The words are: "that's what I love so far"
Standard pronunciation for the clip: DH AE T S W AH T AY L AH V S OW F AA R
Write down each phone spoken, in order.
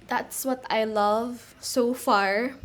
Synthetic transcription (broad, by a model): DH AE T S W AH T AY L AH V S OW F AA R